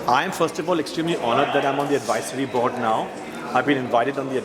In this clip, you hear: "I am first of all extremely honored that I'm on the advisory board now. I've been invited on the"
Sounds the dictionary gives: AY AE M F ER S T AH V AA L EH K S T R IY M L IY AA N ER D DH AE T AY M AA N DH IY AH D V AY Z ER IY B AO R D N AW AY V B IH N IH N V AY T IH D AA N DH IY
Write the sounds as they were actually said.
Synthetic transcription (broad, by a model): AY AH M F ER S T AH V AA L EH K S T R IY M L IY AA N ER D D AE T AY M AA N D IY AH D V AY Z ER IY B AO R D N AW AY V B IH N IH N V AY T IH D AA N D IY